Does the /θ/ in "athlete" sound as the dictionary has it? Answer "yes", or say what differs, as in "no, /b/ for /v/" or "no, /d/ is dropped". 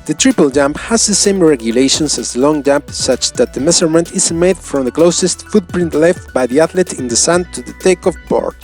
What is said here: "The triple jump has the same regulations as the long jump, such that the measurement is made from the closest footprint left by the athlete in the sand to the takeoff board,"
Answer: no, /t/ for /θ/